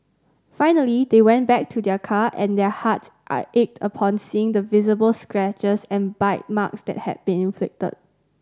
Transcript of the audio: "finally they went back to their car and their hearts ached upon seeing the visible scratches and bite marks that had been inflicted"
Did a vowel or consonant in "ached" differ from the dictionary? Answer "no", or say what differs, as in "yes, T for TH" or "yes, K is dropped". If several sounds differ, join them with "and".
no